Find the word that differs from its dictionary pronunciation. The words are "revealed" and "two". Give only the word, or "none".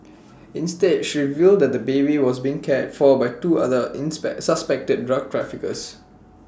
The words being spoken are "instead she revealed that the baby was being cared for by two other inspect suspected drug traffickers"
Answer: none